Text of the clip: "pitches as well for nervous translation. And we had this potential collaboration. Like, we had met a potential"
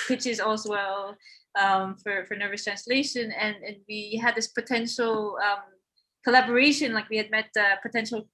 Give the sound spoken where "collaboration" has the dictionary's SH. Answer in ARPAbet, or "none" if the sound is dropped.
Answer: SH